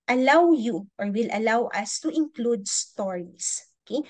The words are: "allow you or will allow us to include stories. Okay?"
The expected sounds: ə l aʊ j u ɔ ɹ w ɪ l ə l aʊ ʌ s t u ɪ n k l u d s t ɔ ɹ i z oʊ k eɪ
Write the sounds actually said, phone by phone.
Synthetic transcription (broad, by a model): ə l aʊ j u ɔ ɹ w ɪ l ə l aʊ ʌ s t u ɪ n k l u d s t ɔ ɹ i s oʊ k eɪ